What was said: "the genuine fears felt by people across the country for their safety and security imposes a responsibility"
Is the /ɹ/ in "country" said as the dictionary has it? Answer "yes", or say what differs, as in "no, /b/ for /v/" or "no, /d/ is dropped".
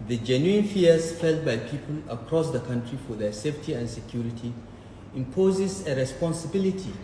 yes